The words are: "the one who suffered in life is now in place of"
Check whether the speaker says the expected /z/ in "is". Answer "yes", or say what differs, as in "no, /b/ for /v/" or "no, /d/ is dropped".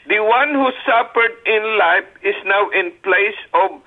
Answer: no, /s/ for /z/